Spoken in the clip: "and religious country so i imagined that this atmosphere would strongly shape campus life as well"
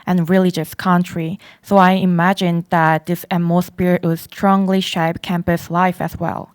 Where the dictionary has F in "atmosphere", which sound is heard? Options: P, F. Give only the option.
P